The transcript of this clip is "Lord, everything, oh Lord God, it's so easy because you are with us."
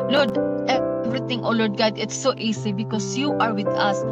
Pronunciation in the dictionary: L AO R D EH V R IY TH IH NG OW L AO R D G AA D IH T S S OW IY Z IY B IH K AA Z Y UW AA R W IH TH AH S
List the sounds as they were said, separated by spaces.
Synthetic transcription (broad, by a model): L AO R D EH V R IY T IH NG OW L AO R D G AA D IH T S S OW IY S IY B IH K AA S Y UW AA R W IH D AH S